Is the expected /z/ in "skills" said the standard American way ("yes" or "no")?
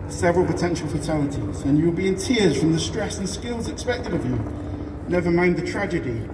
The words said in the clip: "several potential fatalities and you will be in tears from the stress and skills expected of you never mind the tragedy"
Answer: yes